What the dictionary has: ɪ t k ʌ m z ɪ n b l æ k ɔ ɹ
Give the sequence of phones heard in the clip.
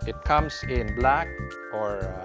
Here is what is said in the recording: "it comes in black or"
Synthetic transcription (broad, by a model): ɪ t k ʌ m s ɪ n b l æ k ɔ ɹ